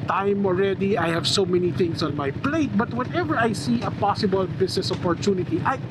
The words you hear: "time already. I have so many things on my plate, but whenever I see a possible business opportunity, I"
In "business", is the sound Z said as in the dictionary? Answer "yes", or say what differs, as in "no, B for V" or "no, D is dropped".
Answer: no, S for Z